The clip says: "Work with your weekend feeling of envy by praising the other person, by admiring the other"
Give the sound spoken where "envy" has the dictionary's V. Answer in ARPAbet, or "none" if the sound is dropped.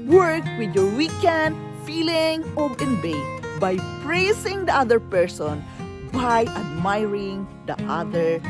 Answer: B